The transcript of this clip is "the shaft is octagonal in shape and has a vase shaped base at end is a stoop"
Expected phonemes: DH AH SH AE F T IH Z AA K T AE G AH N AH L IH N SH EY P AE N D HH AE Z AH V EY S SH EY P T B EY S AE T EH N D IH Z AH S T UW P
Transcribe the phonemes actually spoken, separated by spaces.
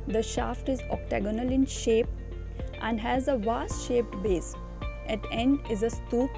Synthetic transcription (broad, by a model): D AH SH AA F T IH Z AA K T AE G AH N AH L IH N SH EY P AE N D HH AE Z AH V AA S SH EY P T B EY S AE T EH N D IH Z AH S T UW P